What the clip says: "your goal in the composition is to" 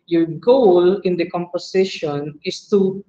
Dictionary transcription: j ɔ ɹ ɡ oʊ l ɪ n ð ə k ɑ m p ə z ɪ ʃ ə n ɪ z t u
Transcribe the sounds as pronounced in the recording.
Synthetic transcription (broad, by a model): j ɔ ɹ ɡ oʊ l ɪ n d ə k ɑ m p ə s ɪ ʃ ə n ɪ s t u